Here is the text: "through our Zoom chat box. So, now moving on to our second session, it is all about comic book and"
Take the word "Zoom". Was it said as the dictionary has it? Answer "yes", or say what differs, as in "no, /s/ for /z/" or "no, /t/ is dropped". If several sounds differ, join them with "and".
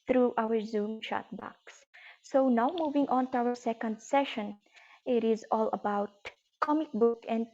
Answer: yes